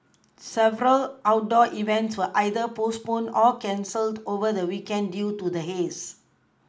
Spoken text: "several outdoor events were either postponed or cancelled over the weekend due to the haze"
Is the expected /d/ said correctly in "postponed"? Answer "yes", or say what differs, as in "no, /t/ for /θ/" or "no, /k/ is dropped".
no, /d/ is dropped